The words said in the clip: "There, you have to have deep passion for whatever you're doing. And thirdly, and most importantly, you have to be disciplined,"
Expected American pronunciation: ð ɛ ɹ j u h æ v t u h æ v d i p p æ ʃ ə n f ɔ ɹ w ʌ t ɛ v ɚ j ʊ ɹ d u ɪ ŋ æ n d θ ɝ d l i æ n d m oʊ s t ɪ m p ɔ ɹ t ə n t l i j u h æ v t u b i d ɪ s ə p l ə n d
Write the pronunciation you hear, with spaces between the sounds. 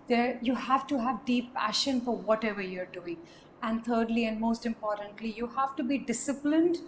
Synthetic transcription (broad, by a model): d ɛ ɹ j u h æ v t u h æ v d i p p æ ʃ ə n f ɔ ɹ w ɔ t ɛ v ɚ j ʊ ɹ d u ɪ ŋ æ n d t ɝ d l i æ n d m oʊ s t ɪ m p ɔ ɹ t ə n t l i j u h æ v t u b i d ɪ s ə p l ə n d